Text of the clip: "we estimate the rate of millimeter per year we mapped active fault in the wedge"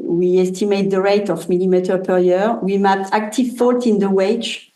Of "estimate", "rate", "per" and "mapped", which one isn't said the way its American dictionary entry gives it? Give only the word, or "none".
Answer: mapped